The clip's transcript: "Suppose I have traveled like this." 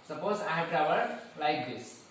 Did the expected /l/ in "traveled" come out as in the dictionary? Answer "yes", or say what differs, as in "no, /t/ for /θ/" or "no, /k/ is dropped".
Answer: no, /l/ is dropped